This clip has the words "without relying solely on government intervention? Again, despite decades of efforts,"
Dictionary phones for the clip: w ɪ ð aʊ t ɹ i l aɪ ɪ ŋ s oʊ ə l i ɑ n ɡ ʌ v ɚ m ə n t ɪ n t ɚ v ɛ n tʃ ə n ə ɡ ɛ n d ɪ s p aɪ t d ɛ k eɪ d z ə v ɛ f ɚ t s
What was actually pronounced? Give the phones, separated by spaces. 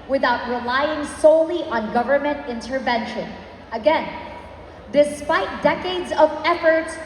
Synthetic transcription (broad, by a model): w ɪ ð aʊ t ɹ i l aɪ ɪ ŋ s oʊ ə l i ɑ n ɡ ʌ v ɚ m ə n t ɪ n t ɚ v ɛ n ʃ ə n ə ɡ ɛ n d ɪ s p aɪ t d ɛ k eɪ d z ə v ɛ f ɚ t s